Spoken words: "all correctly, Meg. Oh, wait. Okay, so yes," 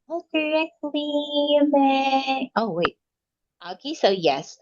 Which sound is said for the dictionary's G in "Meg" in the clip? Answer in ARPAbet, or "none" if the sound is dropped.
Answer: none